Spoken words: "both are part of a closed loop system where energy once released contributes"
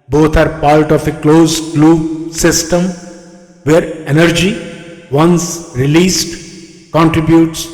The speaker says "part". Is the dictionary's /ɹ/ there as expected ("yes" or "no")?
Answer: no